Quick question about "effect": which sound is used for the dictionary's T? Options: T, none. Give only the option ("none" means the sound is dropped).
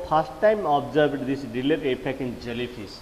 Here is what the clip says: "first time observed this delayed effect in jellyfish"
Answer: none